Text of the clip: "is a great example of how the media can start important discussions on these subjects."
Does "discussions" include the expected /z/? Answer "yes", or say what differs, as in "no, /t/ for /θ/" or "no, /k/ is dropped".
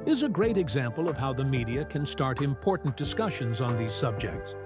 yes